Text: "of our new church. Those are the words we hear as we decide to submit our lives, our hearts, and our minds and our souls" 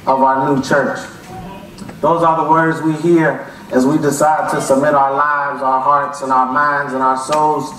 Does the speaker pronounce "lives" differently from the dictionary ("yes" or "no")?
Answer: no